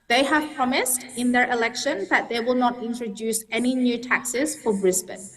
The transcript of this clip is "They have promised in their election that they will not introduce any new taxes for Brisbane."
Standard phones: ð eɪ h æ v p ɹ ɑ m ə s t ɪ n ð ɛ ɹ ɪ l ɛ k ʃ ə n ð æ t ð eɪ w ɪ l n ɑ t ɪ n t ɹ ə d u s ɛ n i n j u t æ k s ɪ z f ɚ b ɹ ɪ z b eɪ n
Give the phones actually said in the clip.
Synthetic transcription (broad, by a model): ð eɪ h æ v p ɹ ɑ m ə s t ɪ n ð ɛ ɹ ɪ l ɛ k ʃ ə n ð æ t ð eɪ w ɪ l n ɑ t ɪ n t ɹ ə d u s ɛ n i n j u t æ k s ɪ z f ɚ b ɹ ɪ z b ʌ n